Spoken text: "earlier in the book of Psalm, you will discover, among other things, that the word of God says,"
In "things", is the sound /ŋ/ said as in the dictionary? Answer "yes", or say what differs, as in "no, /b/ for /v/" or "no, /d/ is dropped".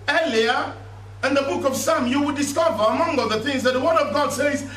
yes